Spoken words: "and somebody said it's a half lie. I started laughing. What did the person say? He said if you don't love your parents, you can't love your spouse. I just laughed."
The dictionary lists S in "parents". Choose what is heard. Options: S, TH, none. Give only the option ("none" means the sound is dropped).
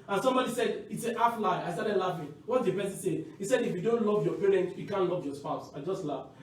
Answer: none